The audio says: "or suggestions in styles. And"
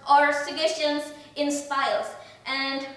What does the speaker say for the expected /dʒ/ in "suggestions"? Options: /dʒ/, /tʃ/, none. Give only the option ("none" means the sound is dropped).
none